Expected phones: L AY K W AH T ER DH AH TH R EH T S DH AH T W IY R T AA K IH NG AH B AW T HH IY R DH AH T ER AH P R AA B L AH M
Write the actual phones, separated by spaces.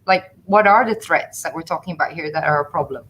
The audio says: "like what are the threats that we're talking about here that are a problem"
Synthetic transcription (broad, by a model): L AY K W AH T ER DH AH TH R EH T S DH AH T W IY R T AA K IH NG AH B AW T HH IY R DH AH T ER AH P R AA B L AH M